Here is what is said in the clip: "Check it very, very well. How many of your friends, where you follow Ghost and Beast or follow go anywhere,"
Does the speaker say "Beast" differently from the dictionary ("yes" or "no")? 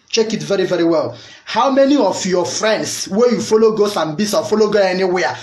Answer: yes